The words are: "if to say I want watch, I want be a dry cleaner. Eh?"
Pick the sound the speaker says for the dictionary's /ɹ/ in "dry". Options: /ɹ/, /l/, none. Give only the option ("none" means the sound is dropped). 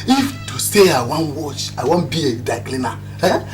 none